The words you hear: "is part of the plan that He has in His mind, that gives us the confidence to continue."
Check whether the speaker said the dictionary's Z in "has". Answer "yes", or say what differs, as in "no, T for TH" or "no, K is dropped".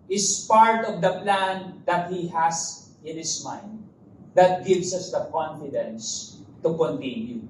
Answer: no, S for Z